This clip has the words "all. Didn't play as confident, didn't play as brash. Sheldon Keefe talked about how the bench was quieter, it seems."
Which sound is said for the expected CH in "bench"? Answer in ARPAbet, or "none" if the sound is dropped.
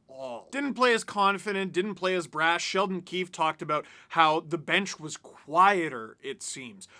CH